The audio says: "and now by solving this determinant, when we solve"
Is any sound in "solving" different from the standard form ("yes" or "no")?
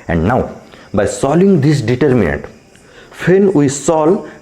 yes